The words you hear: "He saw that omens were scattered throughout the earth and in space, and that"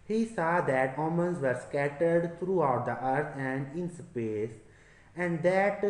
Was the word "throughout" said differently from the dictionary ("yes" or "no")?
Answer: yes